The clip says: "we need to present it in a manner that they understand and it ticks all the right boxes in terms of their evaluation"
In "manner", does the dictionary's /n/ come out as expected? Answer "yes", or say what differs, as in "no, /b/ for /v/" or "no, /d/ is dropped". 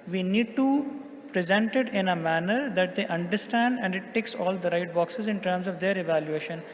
yes